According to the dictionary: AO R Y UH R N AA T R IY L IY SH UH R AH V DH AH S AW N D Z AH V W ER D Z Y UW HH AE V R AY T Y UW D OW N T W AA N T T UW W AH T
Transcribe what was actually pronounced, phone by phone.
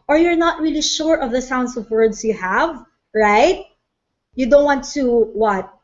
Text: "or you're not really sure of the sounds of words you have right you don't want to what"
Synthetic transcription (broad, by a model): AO R Y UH R N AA T R IY L IY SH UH R AH V DH AH S AW N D S AH V W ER D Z Y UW HH AE V R AY T Y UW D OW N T W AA N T T UW W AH T